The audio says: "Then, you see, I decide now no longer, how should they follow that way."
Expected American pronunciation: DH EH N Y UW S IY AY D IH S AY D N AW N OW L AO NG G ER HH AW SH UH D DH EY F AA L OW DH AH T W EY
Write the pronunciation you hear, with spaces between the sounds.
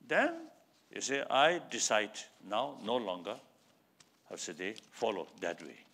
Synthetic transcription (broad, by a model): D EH N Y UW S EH AY D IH S AY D N AW N OW L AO NG G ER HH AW S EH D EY F AA L OW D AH T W EY